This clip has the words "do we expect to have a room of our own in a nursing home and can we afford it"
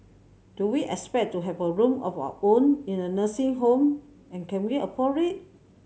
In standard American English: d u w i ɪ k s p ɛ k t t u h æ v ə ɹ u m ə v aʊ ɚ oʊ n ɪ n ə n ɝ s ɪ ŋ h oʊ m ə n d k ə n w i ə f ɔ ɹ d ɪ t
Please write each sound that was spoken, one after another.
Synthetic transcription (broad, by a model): d u w i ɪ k s p ɛ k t t u h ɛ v ə ɹ u m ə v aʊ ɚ oʊ n ɪ n ə n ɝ s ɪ ŋ h oʊ m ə n k ə n w i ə p ɔ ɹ ɪ t